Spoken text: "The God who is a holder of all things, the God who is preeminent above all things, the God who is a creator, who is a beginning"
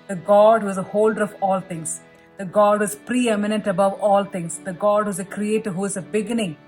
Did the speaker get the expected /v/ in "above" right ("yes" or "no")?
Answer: yes